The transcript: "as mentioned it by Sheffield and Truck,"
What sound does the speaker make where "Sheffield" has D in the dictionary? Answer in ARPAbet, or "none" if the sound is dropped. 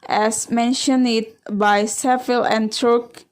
none